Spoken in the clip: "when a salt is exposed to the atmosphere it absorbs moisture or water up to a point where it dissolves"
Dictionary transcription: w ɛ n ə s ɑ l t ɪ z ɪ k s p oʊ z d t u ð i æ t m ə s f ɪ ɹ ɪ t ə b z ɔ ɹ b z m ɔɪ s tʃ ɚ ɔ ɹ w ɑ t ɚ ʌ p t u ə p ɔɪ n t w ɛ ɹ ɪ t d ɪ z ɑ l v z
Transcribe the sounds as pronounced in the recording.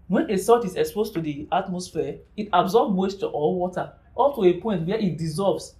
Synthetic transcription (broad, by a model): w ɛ n ə s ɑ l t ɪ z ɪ k s p oʊ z t u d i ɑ t m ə s f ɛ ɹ ɪ t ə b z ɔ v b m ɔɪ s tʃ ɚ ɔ l w ɑ t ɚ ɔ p t u ə p ɔɪ n t w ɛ ɪ t d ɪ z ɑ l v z